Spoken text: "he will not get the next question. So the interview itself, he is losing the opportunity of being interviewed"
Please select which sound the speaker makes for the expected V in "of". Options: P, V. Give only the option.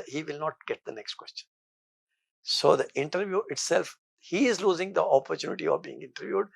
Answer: V